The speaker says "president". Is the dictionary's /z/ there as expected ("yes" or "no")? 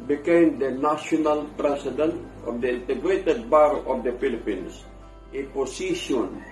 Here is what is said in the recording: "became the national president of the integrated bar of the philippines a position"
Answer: no